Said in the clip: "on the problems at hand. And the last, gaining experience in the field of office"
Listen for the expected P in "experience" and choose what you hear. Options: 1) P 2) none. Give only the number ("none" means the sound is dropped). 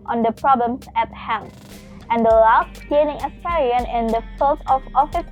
2